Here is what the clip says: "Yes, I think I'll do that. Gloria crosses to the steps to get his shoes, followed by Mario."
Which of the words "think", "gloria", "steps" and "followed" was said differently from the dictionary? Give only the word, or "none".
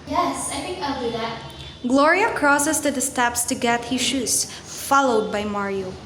think